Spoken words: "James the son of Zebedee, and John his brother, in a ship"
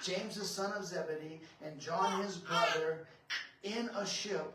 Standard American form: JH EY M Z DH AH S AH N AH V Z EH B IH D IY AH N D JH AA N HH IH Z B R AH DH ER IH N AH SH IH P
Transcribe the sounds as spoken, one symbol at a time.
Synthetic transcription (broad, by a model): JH EY M Z DH AH S AH N AH V Z EH B IH D IY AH N JH AA N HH IH Z B R AH DH ER IH N AH SH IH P